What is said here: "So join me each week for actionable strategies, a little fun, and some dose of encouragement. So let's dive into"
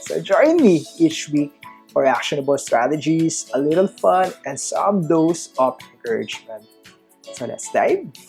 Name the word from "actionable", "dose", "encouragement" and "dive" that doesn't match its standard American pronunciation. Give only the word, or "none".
dive